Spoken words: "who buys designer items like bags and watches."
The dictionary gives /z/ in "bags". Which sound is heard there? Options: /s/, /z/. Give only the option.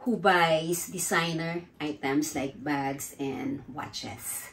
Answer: /s/